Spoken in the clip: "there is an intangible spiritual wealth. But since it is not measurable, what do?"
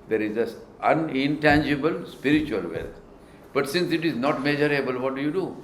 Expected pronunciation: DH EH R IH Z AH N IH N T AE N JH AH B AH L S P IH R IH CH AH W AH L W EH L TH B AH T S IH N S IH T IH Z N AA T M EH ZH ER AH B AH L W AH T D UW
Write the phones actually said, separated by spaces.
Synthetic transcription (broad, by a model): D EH R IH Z AH N IH N T AE N JH AH B AH L S P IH R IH CH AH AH L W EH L T B AH T S IH N S IH T IH Z N AA T M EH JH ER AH B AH L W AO T D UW